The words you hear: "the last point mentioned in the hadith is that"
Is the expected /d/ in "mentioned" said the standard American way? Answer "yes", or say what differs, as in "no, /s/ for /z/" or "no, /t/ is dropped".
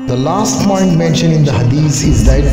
no, /d/ is dropped